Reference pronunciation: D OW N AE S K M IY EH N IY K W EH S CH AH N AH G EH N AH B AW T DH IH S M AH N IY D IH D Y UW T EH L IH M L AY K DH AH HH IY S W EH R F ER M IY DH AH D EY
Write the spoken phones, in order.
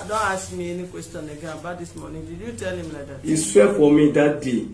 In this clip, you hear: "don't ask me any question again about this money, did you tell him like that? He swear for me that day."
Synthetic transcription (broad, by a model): D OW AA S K M IY EH N IY K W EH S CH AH N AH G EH AH B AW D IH S M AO N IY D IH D Y UW T EH L IH M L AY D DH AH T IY S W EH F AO M IY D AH D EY